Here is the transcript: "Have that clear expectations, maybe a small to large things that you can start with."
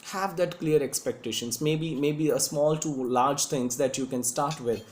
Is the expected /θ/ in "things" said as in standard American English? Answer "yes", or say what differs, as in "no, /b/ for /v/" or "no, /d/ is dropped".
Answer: no, /t/ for /θ/